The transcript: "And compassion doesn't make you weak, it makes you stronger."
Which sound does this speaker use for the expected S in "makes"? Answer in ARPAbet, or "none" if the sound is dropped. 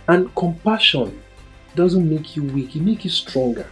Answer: none